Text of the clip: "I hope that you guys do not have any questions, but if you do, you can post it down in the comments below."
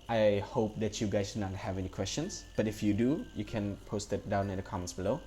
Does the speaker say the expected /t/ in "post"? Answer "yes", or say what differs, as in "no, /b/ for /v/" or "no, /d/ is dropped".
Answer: yes